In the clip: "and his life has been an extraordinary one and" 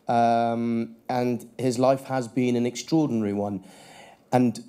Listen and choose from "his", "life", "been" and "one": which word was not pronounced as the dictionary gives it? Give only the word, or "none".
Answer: none